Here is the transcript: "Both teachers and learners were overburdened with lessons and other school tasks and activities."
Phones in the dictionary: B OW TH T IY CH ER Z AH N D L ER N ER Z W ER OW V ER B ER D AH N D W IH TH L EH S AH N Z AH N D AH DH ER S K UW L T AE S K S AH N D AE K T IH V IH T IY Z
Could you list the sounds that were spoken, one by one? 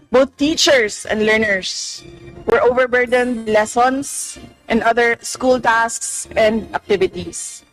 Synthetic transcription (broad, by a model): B OW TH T IY CH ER S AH N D L ER N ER S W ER OW V ER B ER D AH N D L EH S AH N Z AH N D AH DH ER S K UW L T AE S K S AH N D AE K T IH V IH T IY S